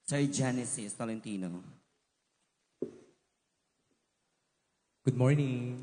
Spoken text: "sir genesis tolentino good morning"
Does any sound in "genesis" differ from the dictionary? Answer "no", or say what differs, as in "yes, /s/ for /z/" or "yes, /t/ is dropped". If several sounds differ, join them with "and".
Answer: no